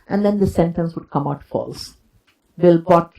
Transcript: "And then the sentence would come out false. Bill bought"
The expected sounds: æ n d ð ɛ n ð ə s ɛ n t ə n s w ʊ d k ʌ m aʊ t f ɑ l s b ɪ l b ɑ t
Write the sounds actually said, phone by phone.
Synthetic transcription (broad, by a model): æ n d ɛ n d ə s ɛ n t ə n s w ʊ d k ʌ m aʊ t f ɑ l s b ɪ l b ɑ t